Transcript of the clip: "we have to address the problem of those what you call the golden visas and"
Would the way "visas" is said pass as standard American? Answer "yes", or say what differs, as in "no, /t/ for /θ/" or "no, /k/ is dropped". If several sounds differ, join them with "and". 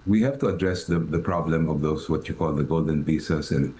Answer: no, /b/ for /v/ and /s/ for /z/